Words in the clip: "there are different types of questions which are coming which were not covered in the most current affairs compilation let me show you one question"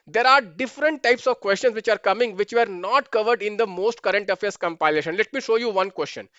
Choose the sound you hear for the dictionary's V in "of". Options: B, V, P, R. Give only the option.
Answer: V